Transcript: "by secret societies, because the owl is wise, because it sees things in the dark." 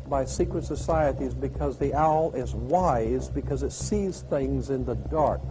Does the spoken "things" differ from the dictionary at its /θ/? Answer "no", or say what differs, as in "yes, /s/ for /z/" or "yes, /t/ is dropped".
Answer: no